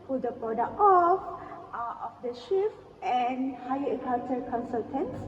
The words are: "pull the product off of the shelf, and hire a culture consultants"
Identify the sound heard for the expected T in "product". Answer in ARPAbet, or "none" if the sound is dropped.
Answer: none